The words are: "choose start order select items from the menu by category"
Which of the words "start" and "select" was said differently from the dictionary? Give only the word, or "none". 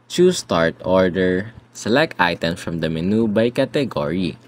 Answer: none